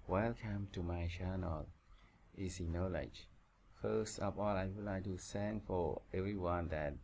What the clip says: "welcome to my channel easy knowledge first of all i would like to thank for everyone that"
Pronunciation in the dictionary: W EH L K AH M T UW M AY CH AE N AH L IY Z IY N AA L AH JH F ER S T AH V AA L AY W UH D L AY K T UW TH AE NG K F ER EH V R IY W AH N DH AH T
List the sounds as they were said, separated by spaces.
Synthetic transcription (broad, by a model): W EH L K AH M T UW M AY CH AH N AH L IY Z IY N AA L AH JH F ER S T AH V AA L AY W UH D L AY K T UW S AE NG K F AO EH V R IY W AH N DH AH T